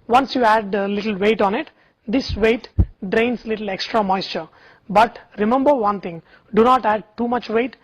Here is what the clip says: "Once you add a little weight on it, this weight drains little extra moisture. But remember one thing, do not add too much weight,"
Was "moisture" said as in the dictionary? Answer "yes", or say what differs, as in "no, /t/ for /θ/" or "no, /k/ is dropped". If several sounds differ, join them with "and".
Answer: yes